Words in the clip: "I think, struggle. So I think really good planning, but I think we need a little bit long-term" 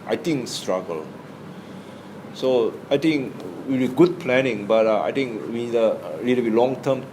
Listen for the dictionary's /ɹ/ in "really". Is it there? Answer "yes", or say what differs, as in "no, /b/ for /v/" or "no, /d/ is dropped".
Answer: no, /w/ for /ɹ/